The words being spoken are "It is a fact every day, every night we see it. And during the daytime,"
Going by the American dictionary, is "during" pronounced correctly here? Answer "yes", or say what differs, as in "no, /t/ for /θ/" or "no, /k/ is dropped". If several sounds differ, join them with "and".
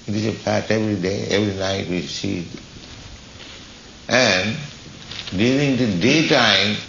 no, /l/ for /ɹ/